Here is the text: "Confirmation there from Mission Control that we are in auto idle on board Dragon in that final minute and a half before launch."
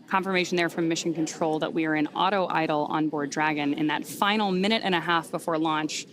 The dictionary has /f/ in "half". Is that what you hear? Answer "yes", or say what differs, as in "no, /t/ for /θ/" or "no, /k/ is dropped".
yes